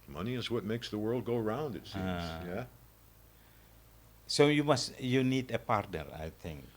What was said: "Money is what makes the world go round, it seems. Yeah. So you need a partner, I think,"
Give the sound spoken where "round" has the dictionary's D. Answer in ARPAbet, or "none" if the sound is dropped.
D